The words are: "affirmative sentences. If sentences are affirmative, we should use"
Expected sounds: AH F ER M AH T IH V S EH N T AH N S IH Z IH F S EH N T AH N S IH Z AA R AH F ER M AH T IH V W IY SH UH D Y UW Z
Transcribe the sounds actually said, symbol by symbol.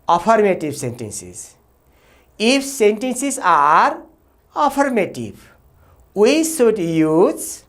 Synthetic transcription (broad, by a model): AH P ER M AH T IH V S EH N T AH N S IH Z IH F S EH N T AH N S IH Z AA R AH P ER M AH T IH B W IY S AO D Y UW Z